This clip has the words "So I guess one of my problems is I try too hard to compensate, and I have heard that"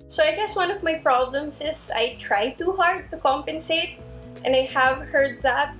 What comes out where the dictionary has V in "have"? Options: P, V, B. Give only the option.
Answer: V